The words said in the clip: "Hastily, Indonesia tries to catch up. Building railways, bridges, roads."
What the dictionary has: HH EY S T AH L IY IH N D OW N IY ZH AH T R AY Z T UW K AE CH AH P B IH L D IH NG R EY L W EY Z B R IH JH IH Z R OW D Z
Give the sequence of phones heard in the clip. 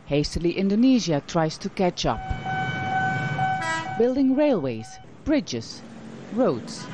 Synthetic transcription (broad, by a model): HH EY S T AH L IY IH N D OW N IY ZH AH T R AY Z T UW K AE CH AH P B IH L D IH NG R EY L W EY Z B R IH JH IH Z R OW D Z